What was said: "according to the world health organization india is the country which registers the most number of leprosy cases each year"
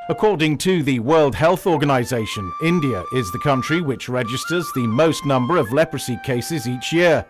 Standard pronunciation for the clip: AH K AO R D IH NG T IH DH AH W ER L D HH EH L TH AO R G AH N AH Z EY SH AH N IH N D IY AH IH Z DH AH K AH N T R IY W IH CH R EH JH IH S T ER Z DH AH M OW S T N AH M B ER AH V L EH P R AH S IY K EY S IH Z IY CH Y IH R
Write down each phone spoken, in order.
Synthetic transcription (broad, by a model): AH K AO R D IH NG T IH DH AH W ER L D HH EH L TH AO R G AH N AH Z EY SH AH N IH N D IY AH IH Z DH AH K AH N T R IY W IH CH R EH JH IH S T ER Z DH AH M OW S T N AH M B ER AH V L EH P R AH S IY K EY S IH Z IY CH Y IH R